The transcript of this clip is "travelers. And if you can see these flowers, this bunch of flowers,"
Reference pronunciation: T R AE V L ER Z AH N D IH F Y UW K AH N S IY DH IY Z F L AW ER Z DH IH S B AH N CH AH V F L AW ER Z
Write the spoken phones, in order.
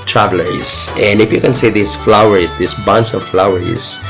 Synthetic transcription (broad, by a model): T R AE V L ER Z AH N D IH F Y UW K AH N S IY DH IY S F L AW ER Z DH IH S B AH N S AH V F L AW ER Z